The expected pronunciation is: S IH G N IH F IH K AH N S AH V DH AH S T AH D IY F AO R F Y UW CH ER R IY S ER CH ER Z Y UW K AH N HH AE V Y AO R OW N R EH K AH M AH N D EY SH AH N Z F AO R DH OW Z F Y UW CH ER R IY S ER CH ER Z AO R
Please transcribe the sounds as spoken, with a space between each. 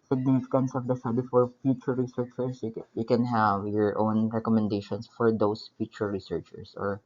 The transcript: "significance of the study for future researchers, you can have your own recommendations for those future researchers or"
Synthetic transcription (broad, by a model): S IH G N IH F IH K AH N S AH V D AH S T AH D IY F AO R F Y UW CH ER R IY S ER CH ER S Y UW K AH N HH AE V Y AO R OW N R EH K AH M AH N D EY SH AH N S F AO R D OW S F Y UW CH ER R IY S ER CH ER S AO R